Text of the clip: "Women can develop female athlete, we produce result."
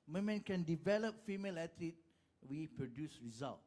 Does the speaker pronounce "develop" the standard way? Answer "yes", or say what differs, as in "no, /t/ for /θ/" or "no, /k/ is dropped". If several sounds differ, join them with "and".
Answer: yes